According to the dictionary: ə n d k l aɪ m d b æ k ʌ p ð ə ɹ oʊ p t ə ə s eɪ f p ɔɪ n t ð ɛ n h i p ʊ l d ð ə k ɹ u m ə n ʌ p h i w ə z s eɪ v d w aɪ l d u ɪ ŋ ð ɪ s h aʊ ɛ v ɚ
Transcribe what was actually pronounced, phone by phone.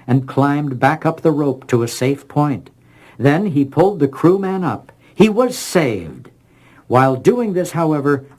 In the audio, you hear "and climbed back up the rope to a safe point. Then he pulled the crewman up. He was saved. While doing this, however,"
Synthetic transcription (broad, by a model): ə n k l aɪ m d b æ k ʌ p ð ə ɹ oʊ p t ə ə s eɪ f p ɔɪ n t ð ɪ n i p ʊ l d ð ə k ɹ u m ə n ʌ p h i w ə z s eɪ v d w aɪ l d u ɪ ŋ ð ɪ s h aʊ ɛ v ɚ